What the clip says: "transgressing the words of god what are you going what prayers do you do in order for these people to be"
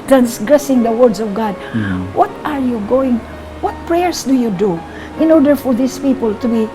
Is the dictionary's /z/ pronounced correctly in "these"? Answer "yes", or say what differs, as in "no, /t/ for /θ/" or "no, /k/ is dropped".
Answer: no, /s/ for /z/